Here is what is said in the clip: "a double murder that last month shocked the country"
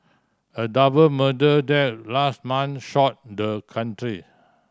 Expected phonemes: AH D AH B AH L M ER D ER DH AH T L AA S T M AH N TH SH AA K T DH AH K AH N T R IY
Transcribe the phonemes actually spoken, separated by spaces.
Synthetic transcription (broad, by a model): AH D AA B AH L M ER D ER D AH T L AA S T M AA N SH AA T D AH K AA N T R IY